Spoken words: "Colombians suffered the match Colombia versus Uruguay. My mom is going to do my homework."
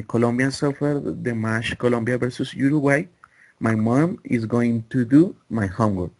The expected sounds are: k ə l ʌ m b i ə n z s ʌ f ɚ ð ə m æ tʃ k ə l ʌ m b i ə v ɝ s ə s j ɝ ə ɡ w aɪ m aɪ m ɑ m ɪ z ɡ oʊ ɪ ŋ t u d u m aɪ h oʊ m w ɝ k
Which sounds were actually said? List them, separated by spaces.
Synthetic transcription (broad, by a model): k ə l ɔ m b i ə n s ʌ f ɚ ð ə m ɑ ʃ k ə l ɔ m b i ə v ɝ s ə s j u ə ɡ w aɪ m aɪ m ɑ m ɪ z ɡ oʊ ɪ ŋ t u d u m aɪ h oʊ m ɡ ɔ